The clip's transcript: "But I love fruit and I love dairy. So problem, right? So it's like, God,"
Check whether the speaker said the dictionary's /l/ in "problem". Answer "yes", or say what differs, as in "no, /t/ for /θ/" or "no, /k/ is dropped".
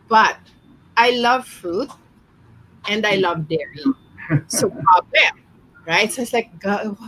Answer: no, /l/ is dropped